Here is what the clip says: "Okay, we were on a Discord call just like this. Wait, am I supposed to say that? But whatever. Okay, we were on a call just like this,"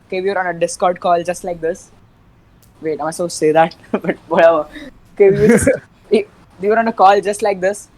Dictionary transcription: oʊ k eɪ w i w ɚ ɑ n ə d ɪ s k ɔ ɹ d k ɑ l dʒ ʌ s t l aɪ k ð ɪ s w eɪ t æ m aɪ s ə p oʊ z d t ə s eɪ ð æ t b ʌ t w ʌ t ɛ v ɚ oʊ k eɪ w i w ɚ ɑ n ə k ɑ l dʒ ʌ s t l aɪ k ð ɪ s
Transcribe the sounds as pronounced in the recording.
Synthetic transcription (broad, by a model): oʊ k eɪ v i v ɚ ɑ n ə d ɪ s k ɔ ɹ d k ɑ l dʒ ʌ s t l aɪ k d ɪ s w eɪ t aɪ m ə ɪ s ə s eɪ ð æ t b ʌ t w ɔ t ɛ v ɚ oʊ k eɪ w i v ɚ ɑ n ə k ɑ l dʒ ʌ s t l aɪ k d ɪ s